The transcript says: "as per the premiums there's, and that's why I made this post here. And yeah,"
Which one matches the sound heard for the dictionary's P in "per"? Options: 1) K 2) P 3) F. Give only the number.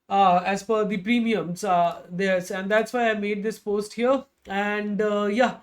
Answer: 3